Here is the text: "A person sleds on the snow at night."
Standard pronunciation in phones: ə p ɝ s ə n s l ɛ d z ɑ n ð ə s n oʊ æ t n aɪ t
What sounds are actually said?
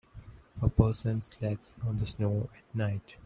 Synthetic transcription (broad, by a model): ə p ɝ s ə n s l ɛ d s ɑ n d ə s n oʊ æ t n aɪ t